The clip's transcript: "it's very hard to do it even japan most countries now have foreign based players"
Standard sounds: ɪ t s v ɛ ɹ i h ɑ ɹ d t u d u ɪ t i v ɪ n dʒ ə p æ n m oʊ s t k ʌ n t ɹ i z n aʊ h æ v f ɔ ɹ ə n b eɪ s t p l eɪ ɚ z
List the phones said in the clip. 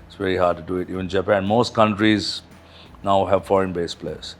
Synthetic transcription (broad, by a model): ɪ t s v ɛ ɹ i h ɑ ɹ d t u d u ɪ t i v ɪ n dʒ ə p æ n m oʊ s t k ʌ n t ɹ i z n aʊ h æ v f ɔ ɹ ə n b eɪ s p l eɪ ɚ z